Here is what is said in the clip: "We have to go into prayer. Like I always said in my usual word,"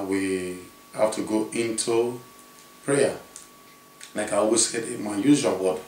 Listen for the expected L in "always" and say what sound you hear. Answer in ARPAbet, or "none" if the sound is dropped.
none